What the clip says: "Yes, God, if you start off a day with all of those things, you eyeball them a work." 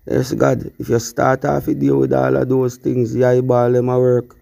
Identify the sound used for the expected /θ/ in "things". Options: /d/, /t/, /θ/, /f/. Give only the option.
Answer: /t/